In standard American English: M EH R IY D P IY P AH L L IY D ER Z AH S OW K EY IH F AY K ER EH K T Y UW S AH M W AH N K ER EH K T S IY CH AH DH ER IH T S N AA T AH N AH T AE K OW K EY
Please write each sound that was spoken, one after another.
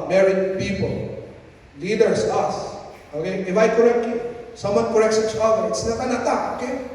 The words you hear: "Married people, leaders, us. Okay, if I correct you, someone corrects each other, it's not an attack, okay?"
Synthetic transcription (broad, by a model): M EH R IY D P IY P AH L L IY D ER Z AH S OW K EY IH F AY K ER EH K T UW S AH M W AH N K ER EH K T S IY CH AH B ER IH T S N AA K AH N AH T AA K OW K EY